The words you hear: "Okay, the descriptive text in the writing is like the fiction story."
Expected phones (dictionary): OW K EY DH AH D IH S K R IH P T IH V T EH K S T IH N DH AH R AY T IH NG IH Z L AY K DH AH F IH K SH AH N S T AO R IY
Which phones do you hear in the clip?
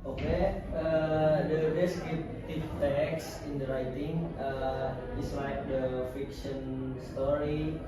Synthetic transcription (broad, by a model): OW K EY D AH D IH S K IH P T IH F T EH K S IH N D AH R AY T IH NG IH S L AY K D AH F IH K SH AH N S T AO R IY